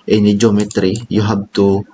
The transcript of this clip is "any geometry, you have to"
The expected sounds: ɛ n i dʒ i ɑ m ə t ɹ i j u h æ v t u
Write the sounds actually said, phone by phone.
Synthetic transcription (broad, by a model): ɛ n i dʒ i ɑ m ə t ɹ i j u h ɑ b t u